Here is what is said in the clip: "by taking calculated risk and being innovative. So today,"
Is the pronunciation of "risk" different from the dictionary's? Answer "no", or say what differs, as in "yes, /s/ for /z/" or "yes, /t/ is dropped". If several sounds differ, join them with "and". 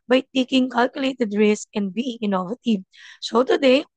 yes, /k/ is dropped